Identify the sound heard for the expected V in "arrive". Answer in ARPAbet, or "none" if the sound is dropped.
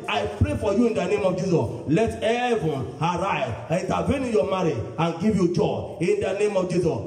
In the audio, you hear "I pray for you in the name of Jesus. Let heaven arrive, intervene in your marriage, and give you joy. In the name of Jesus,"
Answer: none